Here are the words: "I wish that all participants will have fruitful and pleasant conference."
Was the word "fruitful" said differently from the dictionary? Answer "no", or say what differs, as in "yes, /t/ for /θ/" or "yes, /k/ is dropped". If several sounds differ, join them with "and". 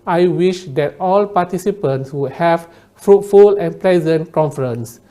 no